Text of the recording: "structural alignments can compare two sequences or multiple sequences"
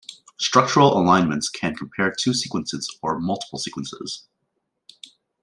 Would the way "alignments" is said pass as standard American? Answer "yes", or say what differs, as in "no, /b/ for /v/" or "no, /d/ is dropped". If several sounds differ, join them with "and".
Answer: yes